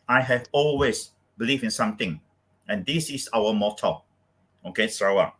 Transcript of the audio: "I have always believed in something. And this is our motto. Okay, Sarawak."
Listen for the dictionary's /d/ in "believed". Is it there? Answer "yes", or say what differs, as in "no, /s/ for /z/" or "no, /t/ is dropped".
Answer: no, /d/ is dropped